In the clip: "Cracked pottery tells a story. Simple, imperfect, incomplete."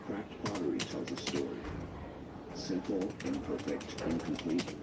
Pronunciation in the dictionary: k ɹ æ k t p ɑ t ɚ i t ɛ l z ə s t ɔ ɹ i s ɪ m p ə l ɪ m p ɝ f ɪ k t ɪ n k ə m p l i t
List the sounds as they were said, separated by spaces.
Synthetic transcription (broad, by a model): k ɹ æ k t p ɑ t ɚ i t ɛ l z ə s t ɔ ɹ i s ɪ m p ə l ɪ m p ɝ f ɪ k t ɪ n k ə m p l i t